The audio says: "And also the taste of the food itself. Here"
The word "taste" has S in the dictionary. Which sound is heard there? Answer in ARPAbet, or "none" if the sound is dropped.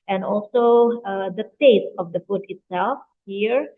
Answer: none